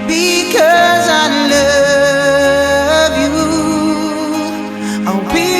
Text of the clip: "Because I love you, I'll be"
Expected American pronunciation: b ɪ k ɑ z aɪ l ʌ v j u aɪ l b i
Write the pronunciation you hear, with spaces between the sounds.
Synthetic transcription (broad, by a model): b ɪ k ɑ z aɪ l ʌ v j u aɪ w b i